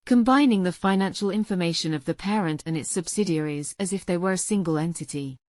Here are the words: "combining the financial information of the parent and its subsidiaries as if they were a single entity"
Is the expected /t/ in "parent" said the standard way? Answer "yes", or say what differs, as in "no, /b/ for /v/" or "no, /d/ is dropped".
yes